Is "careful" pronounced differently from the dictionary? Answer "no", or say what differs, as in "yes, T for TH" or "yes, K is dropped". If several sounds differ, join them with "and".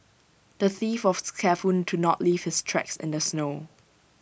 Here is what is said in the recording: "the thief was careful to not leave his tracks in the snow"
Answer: yes, N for L